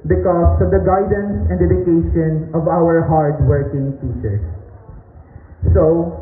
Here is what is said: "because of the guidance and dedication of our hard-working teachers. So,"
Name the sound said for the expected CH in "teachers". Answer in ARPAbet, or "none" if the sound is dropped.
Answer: S